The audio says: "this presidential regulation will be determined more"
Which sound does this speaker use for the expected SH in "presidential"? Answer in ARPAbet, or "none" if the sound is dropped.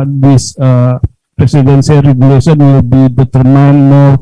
S